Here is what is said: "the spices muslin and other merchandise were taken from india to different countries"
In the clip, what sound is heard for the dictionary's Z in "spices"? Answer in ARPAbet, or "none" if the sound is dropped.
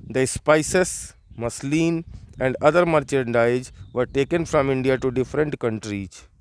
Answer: S